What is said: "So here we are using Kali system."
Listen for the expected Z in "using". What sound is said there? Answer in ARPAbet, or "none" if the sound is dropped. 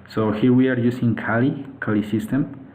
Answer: S